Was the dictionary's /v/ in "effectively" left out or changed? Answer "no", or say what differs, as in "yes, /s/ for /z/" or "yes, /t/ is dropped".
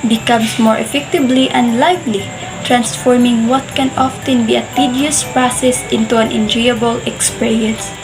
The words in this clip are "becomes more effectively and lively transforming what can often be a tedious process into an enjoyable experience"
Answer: yes, /b/ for /v/